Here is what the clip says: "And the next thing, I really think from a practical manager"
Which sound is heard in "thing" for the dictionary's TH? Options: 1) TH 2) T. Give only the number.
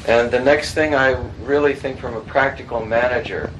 1